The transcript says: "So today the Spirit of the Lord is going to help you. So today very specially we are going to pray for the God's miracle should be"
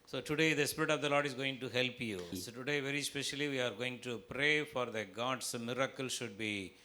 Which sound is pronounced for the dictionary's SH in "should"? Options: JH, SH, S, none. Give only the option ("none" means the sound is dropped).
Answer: SH